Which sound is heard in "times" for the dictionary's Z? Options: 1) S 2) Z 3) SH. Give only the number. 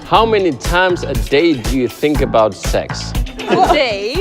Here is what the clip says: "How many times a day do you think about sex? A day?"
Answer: 2